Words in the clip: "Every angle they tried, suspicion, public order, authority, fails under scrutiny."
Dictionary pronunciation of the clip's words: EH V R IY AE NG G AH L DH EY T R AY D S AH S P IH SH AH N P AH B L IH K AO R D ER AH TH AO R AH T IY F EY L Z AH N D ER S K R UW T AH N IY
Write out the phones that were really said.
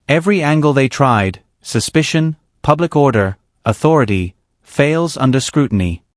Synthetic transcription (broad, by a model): EH V R IY AE NG G AH L DH EY T R AY D S AH S P IH SH AH N P AH B L IH K AO R D ER AH TH AO R AH T IY F EY L Z AH N D ER S K R UW T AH N IY